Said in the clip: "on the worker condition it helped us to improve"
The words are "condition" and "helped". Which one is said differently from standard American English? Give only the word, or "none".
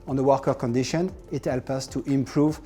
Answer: helped